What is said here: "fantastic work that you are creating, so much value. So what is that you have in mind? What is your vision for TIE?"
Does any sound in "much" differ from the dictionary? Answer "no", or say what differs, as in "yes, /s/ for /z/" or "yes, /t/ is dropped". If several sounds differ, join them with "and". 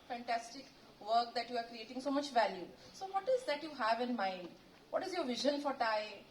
no